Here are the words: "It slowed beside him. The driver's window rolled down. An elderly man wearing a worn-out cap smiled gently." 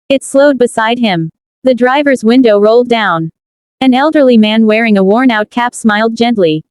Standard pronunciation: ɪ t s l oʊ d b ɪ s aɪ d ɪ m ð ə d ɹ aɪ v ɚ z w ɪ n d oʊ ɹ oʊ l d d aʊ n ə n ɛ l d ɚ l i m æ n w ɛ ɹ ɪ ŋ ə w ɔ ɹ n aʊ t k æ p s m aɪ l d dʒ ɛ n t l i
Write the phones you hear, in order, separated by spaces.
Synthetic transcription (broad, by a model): ɪ t s l oʊ d b ɪ s aɪ d ɪ m ð ə d ɹ aɪ v ɚ z w ɪ n d oʊ ɹ oʊ l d d aʊ n ə n ɛ l d ɚ l i m æ n w ɛ ɹ ɪ ŋ ə w ɔ ɹ n aʊ t k æ p s m aɪ l d dʒ ɛ n t l i